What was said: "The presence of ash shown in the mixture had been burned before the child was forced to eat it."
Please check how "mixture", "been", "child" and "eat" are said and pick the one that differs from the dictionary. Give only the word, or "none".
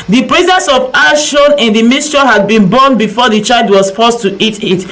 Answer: mixture